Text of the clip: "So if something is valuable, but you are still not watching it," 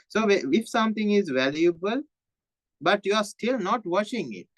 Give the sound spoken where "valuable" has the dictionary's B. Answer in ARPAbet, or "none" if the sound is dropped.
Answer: B